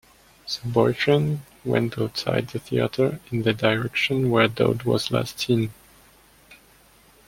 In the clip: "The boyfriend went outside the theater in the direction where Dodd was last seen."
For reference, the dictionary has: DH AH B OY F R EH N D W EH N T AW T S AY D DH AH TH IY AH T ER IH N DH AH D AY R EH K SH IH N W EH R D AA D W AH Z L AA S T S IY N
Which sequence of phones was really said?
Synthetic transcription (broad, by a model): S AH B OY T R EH N W EH N T AW T S AY D DH AH TH IY AH T ER IH N DH AH D AY R EH K SH IH N W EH R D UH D W AH Z L AA S T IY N